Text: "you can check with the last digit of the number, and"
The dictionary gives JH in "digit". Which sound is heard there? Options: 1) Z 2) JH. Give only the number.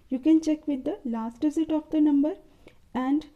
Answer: 1